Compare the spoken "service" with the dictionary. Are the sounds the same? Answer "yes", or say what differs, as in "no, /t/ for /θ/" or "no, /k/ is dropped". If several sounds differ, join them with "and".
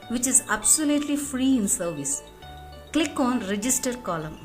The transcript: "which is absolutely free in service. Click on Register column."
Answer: yes